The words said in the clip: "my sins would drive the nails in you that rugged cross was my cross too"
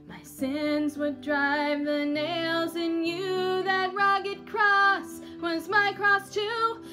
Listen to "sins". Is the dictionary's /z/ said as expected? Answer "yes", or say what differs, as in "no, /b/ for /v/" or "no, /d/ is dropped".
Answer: yes